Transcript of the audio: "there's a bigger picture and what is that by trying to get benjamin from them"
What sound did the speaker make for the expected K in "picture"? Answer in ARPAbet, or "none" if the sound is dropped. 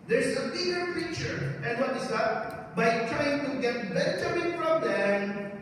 none